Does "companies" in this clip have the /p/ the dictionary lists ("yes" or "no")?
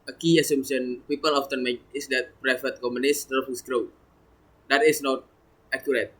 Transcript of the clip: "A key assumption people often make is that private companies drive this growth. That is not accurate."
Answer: no